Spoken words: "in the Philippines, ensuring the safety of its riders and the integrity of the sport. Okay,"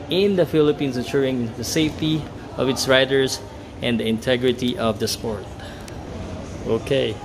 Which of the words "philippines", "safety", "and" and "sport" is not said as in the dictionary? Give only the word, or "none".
philippines